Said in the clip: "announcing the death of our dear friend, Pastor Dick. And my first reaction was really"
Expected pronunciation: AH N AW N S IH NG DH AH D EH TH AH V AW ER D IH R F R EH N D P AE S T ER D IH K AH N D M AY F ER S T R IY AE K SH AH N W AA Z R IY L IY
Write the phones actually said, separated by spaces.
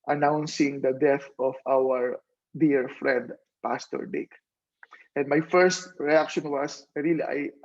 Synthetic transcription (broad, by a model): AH N AW N S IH NG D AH D EH TH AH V AW ER D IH R F R EH N D P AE S T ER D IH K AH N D M AY F ER S T R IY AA K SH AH N W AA S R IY L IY